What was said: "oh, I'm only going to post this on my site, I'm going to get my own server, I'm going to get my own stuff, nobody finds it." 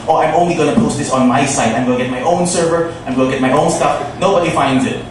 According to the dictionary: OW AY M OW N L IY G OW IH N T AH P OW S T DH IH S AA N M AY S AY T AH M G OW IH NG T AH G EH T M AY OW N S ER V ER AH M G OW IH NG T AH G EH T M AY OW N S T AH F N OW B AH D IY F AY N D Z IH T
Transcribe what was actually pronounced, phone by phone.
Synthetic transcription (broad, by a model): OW AY M OW N L IY G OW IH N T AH P OW S T DH IH S N M AY S AY T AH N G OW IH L G EH T M AY OW N S ER V ER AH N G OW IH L G EH T M AY OW N S T AH F N OW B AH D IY F AY N D Z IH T